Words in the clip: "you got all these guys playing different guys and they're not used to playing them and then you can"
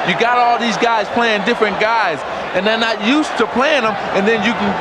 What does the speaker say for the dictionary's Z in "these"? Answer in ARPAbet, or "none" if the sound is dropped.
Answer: Z